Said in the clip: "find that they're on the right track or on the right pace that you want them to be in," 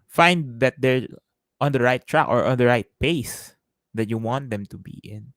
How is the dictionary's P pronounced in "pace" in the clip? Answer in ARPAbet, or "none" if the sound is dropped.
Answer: P